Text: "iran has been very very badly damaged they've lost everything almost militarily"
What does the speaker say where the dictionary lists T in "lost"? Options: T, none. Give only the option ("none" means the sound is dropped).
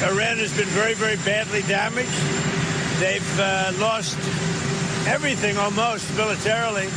T